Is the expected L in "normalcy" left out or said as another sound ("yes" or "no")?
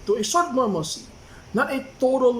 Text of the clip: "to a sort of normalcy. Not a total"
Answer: yes